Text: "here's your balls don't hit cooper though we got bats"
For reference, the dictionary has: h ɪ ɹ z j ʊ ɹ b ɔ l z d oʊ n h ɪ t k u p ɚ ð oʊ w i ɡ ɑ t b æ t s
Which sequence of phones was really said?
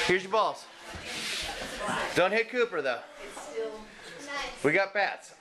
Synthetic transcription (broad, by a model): h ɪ ɹ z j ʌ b ɔ l s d oʊ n h ɪ t k u p ɚ ð oʊ w i ɡ ɑ t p æ t s